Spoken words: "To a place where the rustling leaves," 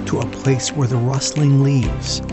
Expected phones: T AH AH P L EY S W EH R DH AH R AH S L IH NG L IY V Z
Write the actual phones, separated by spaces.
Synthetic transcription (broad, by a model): T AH AH P L EY S W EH R DH AH R AH S L IH NG L IY V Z